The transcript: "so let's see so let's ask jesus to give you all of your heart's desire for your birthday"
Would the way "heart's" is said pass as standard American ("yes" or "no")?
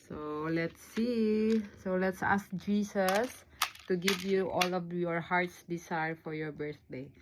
yes